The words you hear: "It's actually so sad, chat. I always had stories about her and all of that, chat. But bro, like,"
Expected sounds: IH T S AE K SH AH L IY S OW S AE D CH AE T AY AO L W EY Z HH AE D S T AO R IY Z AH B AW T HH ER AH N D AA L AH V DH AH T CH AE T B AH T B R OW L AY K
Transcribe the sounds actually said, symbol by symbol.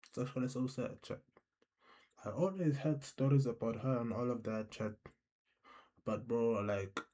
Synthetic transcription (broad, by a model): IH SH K AH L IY S OW S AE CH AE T AY AO L W EY Z HH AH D S T AO R IY Z AH B AW T HH ER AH N AA L AH V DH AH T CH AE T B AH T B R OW L AY K